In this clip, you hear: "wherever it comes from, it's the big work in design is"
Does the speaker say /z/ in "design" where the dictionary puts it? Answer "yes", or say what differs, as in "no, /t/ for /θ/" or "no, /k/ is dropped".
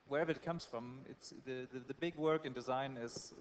yes